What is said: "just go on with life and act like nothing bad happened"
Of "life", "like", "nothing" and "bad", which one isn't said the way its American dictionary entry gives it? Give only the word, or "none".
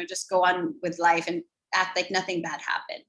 none